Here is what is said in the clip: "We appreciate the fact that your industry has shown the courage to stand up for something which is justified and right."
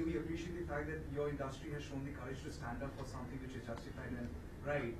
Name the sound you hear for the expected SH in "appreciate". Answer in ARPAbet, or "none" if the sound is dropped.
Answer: SH